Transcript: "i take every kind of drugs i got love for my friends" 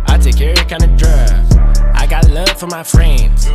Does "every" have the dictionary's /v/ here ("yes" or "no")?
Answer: no